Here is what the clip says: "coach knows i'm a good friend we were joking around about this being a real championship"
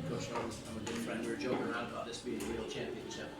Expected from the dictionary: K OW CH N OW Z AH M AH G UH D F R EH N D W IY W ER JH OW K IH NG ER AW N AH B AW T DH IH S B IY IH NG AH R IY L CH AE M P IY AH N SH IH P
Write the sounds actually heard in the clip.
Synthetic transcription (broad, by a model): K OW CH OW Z AH M AH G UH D F R EH N D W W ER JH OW IH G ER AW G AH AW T DH IH S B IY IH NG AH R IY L CH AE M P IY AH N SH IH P